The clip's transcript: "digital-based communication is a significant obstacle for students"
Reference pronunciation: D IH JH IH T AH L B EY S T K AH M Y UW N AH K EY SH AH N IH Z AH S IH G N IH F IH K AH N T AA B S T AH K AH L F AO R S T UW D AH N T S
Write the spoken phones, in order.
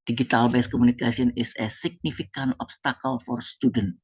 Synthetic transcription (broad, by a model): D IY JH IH T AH L B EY S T K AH M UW N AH K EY S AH N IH S AH S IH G N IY F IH K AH N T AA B S T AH K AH L F AO R S T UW D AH N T